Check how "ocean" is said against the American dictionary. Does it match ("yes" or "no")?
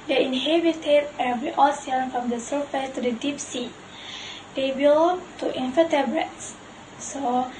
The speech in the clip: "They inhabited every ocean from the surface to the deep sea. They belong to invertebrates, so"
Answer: no